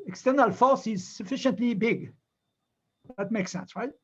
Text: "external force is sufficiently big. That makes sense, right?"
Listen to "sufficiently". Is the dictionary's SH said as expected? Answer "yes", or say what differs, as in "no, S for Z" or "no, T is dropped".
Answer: yes